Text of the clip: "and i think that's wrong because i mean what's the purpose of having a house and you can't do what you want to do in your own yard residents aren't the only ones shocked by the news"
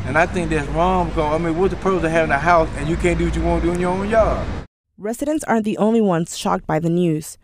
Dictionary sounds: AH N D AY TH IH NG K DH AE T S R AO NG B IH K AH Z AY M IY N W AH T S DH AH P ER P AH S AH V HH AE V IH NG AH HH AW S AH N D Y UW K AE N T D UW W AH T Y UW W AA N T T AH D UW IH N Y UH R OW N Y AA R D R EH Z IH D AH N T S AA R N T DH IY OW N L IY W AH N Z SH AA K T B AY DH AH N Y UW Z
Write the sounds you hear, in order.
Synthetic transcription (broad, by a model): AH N AY TH IH NG K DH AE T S R AO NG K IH AH AY M IY N W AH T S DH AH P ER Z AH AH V HH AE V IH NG AH HH AW S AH N Y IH K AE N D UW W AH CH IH W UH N D UW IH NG Y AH R OW N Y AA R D R EH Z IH D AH N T S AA R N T DH IY OW N L IY W AH N Z SH AA K T B AY DH AH N Y UW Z